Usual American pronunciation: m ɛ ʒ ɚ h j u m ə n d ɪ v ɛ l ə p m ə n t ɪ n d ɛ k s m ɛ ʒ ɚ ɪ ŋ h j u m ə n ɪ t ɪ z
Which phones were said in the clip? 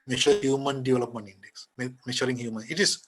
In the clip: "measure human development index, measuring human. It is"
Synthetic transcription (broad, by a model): m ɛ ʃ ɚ h j u m ə n d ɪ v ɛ l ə p m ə n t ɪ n d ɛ k s m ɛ ʃ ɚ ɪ ŋ h j u m ə n ɪ t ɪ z